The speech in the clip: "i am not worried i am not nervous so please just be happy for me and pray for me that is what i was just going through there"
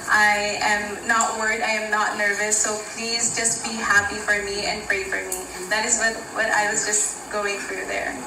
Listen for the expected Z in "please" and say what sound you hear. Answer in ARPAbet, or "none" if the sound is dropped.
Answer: Z